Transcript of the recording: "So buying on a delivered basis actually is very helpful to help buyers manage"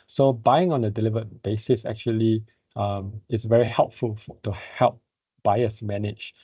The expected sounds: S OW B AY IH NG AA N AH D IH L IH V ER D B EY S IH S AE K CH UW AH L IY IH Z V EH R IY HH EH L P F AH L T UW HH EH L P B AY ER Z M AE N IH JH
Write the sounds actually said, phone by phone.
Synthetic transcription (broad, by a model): S OW B AY IH NG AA N AH D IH L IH V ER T B EY S IH S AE K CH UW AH L IY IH S V EH R IY HH EH L P F AH L T UW HH EH L P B AY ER S M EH N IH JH